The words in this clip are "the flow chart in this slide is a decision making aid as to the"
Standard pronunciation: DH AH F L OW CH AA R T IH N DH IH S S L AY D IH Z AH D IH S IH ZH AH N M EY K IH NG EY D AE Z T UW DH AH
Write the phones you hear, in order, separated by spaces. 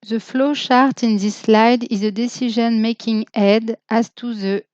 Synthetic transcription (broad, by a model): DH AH F L OW SH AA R T IH N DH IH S S L AY D IH Z AH D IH S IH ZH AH N M EY K IH NG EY D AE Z T UW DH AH